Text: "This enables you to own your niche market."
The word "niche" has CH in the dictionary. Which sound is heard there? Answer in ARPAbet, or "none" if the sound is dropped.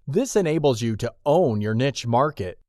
CH